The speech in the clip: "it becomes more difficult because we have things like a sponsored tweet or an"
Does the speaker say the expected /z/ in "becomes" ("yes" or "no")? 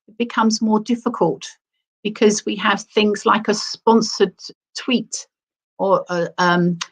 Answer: yes